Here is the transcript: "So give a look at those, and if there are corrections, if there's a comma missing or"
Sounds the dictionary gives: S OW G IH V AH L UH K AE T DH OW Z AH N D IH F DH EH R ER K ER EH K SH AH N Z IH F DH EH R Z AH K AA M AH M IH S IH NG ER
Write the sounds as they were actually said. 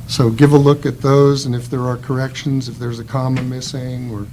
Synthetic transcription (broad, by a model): S OW G IH V AH L UH K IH T DH OW Z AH N IH F DH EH R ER K ER EH K SH AH N Z IH F DH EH R Z AH K AA M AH M IH S IH NG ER